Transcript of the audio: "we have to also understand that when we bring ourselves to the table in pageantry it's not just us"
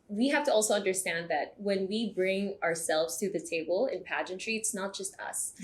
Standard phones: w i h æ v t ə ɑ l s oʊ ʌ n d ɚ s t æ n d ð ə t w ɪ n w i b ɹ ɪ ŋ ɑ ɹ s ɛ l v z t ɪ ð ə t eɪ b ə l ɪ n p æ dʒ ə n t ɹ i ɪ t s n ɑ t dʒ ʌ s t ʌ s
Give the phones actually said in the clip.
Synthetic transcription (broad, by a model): w i h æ f t ə ɑ l s oʊ ʌ n d ɚ s t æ n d ð ə t w ɪ n w i b ɹ ɪ ŋ ɑ ɹ s ɛ l v z t ɪ ð ə t eɪ b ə l ɪ n p æ dʒ ə n t ɹ i ɪ t s n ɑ t dʒ ʌ s t ʌ s